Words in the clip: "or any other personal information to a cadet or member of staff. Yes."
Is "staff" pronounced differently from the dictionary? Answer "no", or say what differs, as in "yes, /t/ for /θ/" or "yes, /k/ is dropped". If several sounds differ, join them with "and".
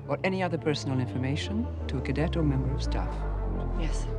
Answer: no